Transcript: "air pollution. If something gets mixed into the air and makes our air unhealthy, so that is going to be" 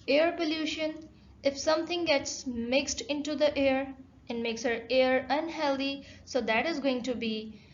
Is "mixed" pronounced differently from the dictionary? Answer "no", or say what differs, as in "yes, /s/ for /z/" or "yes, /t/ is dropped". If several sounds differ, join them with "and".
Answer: no